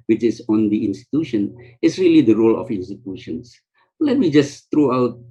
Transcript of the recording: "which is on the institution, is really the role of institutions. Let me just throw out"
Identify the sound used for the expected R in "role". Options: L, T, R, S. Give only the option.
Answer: R